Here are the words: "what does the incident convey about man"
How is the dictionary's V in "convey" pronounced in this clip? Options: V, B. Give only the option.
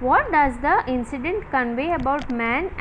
V